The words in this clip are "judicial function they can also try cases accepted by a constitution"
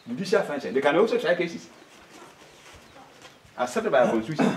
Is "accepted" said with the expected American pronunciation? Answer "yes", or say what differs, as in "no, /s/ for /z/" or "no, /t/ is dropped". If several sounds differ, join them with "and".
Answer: no, /k/ is dropped and /p/ is dropped